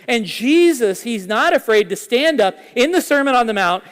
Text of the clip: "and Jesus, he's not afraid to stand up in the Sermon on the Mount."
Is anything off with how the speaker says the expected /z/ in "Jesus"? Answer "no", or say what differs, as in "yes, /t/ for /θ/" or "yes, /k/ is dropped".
no